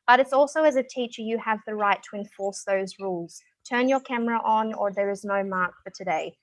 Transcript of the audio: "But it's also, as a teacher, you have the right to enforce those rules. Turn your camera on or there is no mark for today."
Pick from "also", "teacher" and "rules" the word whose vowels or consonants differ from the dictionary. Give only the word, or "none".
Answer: none